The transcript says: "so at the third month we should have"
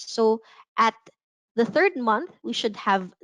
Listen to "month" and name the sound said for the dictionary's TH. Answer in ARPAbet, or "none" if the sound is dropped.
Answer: TH